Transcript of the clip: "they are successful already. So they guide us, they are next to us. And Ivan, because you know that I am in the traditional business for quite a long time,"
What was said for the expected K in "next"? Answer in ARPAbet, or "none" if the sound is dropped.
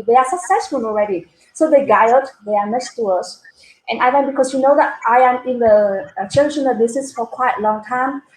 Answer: none